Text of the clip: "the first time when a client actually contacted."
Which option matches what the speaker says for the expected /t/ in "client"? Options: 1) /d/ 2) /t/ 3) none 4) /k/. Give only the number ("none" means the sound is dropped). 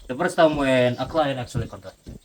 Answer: 3